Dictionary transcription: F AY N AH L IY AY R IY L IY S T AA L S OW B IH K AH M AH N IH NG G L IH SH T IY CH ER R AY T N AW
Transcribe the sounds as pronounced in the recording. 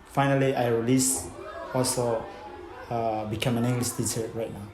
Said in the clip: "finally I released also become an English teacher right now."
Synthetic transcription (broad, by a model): F AY N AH L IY AY R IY L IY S AA L S OW B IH K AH M AH N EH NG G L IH S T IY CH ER R AY T N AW